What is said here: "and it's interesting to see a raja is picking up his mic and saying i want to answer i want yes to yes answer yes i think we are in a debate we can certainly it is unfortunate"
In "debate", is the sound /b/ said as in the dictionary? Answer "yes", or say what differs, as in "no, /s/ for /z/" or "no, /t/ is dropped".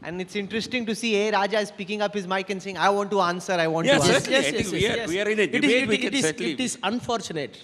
no, /b/ is dropped